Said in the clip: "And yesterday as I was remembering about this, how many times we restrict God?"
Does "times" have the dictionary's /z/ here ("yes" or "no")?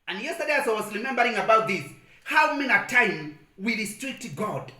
no